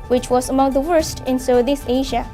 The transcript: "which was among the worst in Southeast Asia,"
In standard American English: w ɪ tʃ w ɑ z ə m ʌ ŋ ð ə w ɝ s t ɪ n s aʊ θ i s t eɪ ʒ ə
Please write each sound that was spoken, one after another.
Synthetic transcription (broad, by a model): w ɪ tʃ w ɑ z ə m ʌ ŋ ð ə w ɝ s t ɪ n s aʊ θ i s eɪ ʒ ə